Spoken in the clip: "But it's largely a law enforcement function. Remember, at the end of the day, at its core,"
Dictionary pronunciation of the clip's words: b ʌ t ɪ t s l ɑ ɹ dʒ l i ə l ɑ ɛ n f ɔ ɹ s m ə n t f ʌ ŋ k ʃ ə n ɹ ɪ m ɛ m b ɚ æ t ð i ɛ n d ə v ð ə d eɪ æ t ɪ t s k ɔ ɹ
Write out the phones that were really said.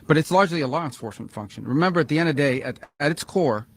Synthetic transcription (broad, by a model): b ʌ t ɪ t s l ɑ ɹ dʒ l i ə l ɑ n f ɔ ɹ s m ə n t f ʌ ŋ k ʃ ə n ɹ ɪ m ɛ m b ɚ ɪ t ð i ɛ n d ə v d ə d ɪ t ɪ t s k ɔ ɹ